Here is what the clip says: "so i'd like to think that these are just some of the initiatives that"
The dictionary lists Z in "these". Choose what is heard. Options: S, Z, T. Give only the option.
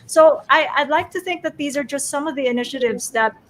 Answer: Z